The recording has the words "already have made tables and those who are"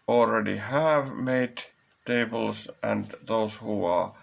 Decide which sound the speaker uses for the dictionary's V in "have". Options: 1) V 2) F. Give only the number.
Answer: 1